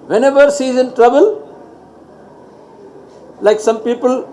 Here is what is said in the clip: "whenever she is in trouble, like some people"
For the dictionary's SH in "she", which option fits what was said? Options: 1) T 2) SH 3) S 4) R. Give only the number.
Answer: 3